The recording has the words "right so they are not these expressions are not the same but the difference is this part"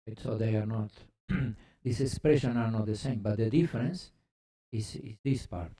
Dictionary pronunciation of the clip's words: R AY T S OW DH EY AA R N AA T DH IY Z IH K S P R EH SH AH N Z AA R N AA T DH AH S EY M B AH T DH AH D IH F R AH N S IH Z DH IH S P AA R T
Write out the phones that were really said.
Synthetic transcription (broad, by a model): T S OW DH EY AA R N AA T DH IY S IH K S P R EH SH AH N AA R N AA T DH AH S EY M B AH T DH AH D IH F R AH N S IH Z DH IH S P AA R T